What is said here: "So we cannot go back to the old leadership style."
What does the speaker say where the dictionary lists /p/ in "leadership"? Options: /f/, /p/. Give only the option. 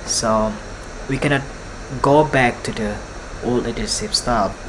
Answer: /f/